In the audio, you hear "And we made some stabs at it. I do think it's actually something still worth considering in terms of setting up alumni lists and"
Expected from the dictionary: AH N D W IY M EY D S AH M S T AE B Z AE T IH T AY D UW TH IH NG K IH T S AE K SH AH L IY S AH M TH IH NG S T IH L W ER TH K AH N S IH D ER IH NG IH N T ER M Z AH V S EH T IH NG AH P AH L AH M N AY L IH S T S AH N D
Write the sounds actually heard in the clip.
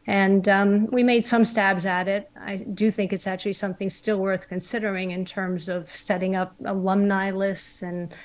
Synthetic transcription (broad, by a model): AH N W IY M EY D S AH M S T AE B Z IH T IH T AY D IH TH IH NG K IH T S AE K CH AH L IY S AH M TH IH NG S T IH L W ER TH K AH N S IH D ER IH NG IH N T ER M Z AH V S EH T IH NG AH P AH L AH M N AY L IH S T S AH N